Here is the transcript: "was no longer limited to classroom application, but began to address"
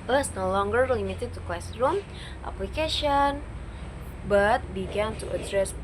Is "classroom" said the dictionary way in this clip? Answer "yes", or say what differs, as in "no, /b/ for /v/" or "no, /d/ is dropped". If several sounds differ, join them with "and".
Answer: no, /w/ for /l/